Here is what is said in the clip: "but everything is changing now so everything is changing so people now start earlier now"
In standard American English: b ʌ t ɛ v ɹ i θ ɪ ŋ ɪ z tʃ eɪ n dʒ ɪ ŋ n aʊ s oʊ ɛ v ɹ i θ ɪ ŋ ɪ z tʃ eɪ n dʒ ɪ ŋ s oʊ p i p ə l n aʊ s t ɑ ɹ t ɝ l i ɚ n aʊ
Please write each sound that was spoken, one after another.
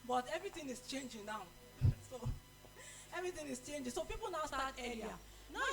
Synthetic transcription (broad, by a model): b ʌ t ɛ v ɹ i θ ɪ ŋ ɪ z tʃ eɪ n dʒ ɪ ŋ n aʊ s oʊ ɛ v ɹ i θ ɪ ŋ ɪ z tʃ eɪ n dʒ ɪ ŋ s oʊ p i p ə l n aʊ s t ɑ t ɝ i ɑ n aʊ